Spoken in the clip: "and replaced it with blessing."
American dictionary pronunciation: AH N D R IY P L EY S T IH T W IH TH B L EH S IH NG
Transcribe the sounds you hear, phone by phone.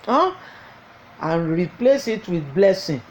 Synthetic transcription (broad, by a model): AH N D R IY P L EY S IH T W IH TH B L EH S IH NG